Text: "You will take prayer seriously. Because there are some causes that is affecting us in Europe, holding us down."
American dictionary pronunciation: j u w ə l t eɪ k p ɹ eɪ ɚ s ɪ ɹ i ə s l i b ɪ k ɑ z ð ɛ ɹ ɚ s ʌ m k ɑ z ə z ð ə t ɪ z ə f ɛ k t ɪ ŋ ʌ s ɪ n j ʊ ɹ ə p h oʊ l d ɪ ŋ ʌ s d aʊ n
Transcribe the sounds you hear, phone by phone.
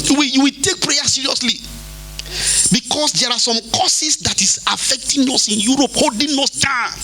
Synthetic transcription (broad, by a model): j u w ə w t eɪ k p ɹ eɪ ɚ s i ɹ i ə s l i b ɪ k ɑ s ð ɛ ɹ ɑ s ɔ m k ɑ s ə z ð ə t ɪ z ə f ɛ k t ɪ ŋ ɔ s ɪ n j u ɹ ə p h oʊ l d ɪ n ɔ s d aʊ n